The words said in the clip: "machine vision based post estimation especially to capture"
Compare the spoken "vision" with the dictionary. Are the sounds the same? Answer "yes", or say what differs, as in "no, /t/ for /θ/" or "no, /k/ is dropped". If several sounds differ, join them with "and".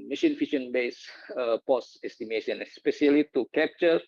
no, /f/ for /v/ and /ʃ/ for /ʒ/